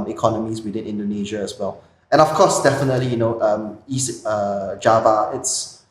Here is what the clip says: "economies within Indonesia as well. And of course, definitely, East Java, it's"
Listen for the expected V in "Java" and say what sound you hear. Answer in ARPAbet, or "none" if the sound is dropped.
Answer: V